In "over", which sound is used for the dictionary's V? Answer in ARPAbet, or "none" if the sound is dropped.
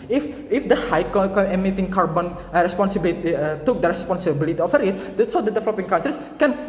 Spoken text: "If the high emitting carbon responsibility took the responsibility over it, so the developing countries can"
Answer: F